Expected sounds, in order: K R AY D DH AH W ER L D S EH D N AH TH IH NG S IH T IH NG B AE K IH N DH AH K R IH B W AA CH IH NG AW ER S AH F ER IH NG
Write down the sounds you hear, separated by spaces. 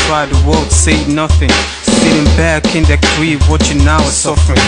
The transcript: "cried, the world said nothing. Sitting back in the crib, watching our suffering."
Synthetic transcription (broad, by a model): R AY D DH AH W ER L D S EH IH N AH TH IH NG S IH T IH NG B AE K IH N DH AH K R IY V W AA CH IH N AW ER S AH F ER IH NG